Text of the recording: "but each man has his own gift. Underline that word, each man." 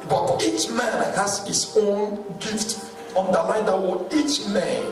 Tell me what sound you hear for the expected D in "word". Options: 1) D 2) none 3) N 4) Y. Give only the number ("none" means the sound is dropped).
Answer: 2